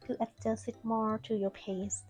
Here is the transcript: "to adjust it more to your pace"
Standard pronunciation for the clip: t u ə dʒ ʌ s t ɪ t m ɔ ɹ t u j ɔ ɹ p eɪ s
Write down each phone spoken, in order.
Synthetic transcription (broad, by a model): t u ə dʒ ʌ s ɪ t m ɔ ɹ t u j ɔ ɹ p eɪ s